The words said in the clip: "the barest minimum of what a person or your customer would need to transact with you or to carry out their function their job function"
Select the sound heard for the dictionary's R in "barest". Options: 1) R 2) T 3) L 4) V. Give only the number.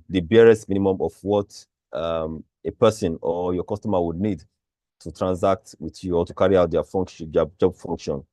1